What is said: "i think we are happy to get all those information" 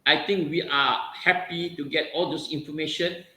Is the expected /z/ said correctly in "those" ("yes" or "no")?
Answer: no